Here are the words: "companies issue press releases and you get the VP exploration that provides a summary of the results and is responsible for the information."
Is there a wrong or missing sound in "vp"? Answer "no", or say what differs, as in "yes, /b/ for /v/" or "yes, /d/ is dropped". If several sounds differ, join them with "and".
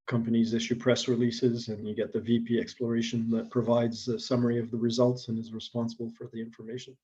no